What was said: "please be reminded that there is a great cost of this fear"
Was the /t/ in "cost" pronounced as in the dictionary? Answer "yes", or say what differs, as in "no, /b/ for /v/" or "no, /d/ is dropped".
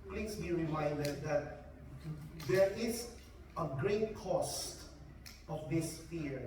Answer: yes